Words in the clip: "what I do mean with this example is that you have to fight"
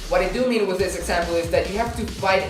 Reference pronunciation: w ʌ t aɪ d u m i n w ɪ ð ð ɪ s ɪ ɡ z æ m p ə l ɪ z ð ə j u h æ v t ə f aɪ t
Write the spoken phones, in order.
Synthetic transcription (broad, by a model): w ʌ t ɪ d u m i n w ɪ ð ð ɪ s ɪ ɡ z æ m p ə l ɪ z ð ə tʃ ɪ h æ f t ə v aɪ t